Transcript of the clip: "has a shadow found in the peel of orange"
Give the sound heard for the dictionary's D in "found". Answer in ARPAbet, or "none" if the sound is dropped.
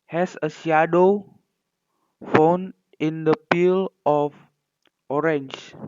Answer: none